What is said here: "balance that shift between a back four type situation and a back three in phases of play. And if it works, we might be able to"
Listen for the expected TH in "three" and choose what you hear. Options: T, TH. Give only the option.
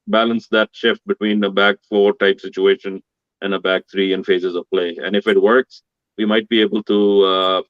T